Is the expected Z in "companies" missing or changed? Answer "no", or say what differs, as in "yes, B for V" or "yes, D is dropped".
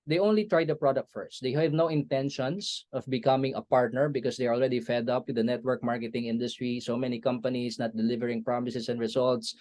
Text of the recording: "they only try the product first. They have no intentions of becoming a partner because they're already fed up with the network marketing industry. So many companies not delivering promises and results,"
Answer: yes, S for Z